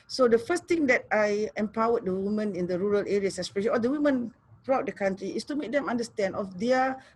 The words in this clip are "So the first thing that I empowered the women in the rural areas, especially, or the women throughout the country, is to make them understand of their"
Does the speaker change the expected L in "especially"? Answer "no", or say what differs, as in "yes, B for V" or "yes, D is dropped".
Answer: yes, L is dropped